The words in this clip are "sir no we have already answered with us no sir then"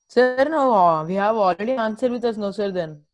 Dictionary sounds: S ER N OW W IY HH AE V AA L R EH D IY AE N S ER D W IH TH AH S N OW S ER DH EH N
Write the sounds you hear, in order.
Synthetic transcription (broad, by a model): S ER N OW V IY HH AE V AA L R EH D IY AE N S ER D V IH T AH S N OW S ER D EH N